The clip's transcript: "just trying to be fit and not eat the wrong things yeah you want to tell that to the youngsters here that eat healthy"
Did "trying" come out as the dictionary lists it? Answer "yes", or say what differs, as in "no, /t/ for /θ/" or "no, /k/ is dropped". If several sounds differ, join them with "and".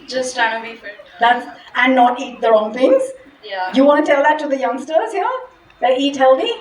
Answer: no, /ɹ/ is dropped